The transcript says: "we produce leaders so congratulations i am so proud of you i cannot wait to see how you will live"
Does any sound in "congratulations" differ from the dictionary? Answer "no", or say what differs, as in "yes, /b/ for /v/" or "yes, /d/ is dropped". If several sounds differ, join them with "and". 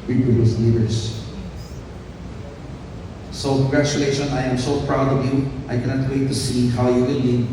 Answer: yes, /z/ is dropped